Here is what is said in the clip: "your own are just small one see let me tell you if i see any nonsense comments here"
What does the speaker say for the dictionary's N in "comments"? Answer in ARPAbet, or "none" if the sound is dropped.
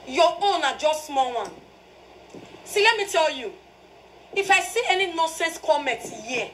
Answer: none